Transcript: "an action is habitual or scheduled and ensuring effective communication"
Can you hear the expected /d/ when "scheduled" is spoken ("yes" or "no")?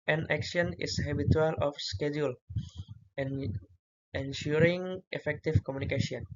no